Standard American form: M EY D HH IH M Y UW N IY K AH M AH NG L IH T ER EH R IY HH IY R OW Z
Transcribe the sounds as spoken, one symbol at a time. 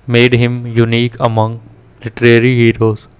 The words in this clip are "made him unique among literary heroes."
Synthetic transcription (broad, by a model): M EY D HH IH M Y UW N IY K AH M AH NG L IH T ER EH R IY HH IY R OW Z